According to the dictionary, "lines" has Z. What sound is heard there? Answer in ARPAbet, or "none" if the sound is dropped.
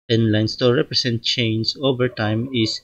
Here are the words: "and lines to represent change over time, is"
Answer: S